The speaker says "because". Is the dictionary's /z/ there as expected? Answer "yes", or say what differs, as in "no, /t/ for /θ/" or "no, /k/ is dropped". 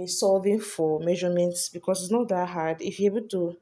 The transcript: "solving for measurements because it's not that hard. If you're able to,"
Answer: no, /s/ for /z/